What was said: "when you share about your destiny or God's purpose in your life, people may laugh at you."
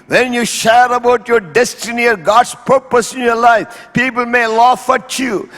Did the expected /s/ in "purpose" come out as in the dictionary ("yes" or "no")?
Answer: yes